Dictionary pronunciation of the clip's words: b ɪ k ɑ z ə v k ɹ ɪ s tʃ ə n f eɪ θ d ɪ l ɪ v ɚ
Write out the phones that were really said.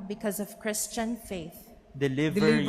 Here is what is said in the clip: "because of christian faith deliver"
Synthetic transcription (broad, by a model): b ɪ k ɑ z ə v k ɹ ɪ s tʃ ə n f eɪ θ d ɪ l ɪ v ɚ